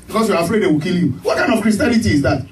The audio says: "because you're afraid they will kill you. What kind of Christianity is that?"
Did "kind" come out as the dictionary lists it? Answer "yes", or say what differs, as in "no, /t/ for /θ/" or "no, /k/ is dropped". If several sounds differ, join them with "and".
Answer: no, /d/ is dropped